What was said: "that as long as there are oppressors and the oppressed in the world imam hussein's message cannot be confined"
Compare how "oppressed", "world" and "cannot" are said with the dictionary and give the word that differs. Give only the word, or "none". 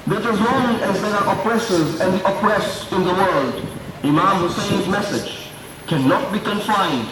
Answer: none